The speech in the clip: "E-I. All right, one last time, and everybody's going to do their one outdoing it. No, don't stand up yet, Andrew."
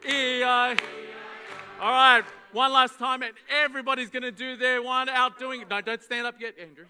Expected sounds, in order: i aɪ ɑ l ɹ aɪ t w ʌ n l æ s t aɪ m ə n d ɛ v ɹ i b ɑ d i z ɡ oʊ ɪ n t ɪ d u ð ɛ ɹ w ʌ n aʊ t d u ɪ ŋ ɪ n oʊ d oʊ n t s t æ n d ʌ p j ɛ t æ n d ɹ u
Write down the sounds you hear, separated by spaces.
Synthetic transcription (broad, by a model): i aɪ ɑ l ɹ aɪ t w ʌ n l æ s t aɪ m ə n ɛ v ɹ i b ɑ d i z ɡ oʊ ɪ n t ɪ d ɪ ð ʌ ɹ w ʌ n aʊ t d u ɪ ŋ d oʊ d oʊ n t s t æ n d ʌ p j ɛ t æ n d ɹ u